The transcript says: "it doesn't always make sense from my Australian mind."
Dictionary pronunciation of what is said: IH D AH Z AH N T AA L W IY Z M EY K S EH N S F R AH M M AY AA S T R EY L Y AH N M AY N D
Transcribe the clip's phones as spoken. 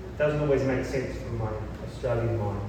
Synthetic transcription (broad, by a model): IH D AH Z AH N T AA L W IY Z M EY K S EH N S F R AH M M AY AA S T R EY L Y AH N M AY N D